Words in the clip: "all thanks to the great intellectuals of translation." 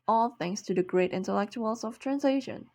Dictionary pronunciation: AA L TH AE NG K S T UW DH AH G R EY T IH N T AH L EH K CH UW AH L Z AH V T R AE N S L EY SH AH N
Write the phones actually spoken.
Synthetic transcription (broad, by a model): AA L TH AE NG S T UW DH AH G R EY T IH N T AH L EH K CH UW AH L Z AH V T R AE N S L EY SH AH N